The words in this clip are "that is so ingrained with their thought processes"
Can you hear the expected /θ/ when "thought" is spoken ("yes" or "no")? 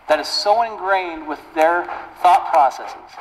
yes